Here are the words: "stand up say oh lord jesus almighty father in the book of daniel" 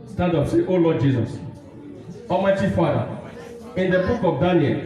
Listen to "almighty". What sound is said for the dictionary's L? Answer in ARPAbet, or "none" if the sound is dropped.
none